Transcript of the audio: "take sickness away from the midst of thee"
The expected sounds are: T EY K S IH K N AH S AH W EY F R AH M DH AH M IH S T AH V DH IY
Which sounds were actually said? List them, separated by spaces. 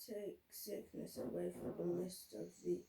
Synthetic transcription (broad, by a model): T EY K S IH K N AH S AH W EY F R AH M DH AH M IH S T AH V DH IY